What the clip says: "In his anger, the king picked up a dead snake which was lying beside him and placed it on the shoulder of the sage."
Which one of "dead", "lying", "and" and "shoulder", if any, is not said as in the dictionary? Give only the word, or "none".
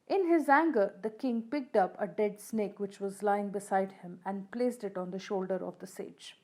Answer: none